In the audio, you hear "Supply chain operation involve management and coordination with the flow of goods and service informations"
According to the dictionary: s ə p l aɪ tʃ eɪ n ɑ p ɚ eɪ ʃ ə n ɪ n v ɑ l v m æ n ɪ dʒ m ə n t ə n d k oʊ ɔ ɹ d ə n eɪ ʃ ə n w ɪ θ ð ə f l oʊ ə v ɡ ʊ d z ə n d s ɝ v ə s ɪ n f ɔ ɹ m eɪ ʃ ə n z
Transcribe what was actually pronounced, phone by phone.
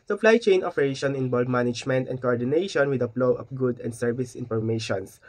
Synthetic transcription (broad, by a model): s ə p l aɪ tʃ eɪ n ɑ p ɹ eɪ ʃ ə n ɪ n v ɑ l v m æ n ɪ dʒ m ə n t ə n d k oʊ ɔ ɹ d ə n eɪ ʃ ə n w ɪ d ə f l oʊ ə f ɡ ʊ d ə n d s ɝ v ə s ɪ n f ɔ ɹ m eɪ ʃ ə n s